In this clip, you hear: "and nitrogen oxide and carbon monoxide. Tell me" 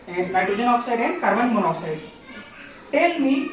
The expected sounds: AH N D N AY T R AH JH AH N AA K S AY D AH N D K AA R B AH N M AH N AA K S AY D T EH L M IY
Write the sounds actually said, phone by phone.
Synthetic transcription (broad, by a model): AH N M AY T AH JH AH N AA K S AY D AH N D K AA R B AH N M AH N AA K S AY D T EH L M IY